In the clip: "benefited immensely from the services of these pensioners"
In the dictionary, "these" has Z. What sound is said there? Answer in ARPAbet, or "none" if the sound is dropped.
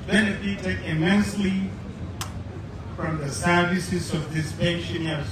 S